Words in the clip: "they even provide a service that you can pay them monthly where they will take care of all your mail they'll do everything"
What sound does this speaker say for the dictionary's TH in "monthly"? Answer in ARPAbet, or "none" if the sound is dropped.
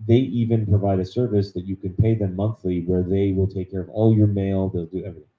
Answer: TH